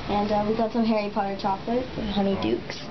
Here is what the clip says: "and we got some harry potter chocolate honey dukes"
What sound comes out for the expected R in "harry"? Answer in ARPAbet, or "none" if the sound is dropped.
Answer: R